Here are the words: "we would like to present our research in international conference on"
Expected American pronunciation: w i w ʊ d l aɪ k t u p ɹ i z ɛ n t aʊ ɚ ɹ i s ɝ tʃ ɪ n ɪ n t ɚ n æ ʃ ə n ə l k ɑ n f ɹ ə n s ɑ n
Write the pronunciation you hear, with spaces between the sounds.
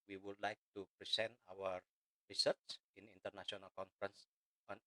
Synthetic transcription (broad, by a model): w i w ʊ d l aɪ k t u p ɹ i s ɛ n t aʊ ɚ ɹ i s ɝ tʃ ɪ n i n t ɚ n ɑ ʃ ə n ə l k ɑ n f ɹ ə n s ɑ n